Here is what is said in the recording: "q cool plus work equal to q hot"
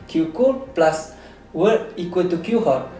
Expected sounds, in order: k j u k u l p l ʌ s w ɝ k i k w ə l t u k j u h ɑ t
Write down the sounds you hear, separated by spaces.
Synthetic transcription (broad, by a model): k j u k u l p l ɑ s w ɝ i k w ə l t u k j u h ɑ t